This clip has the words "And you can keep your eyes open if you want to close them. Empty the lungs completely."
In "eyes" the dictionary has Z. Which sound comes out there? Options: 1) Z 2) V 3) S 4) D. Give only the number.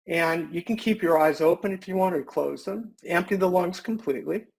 1